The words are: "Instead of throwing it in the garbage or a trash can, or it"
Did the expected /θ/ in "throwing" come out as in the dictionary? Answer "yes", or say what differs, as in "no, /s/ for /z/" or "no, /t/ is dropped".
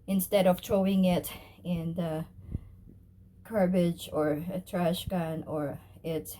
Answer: no, /t/ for /θ/